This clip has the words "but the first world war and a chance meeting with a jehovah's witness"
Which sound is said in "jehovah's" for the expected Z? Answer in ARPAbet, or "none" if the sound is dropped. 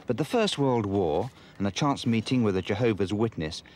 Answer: Z